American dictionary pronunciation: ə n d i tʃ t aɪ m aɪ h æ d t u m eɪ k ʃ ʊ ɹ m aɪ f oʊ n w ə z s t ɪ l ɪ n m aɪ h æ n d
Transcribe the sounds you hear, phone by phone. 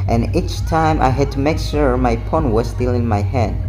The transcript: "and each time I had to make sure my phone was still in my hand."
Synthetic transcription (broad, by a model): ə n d i tʃ t aɪ m aɪ h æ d t u m eɪ k ʃ ʊ ɹ m aɪ p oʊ n w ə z s t ɪ l ɪ n m aɪ h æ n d